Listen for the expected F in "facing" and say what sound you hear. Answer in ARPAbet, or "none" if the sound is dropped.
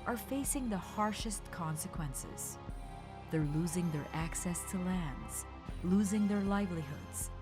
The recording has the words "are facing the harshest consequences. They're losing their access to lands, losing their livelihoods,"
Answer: F